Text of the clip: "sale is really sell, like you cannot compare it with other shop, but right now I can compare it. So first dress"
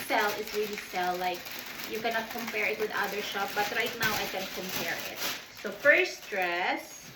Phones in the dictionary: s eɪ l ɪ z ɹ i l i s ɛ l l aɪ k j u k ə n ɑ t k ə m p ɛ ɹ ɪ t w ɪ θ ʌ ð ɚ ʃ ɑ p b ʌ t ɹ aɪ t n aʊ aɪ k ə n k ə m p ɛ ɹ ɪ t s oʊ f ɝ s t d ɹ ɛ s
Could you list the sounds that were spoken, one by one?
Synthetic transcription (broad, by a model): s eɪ l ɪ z ɹ i l i s ɛ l l aɪ k j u k ə n ɑ t k ə m p ɛ ɹ ɪ t w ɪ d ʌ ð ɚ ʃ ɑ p b ʌ t ɹ aɪ t n aʊ aɪ k ə n k ə m p ɛ ɹ ɪ t s oʊ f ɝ s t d ɹ ɛ s